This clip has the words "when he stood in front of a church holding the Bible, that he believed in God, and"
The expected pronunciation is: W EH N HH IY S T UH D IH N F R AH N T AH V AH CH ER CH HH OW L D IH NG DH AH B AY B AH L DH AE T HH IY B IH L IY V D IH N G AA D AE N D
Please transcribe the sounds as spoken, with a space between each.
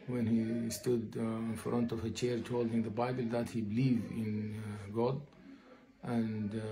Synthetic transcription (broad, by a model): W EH N HH IY S T UH D IH N F R AH N T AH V AH CH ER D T OW L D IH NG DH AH B AY B AH L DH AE T HH IY B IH L IY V IH N G AA D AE N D